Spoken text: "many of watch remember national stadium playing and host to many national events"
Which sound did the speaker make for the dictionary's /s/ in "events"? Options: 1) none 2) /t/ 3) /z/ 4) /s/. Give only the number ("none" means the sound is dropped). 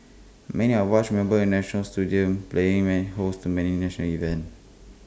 1